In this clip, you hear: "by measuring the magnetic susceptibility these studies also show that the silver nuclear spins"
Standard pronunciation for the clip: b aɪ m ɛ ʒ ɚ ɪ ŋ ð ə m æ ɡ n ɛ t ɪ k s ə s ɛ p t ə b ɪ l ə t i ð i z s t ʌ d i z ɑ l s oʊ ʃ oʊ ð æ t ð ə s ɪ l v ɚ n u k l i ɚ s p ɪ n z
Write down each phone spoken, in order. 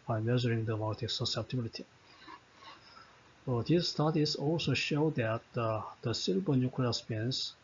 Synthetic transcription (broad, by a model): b aɪ m ɛ ʒ ɚ ɪ ŋ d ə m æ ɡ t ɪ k s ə s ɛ p t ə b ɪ l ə t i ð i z s t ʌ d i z ɑ l s oʊ ʃ oʊ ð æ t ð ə s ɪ l b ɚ n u k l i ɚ s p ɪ n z